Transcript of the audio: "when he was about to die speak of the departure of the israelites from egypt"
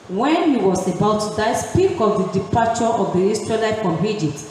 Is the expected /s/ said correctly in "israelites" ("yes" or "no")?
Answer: no